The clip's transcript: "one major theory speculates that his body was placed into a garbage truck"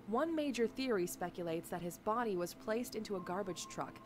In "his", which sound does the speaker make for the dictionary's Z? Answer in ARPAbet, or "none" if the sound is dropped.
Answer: Z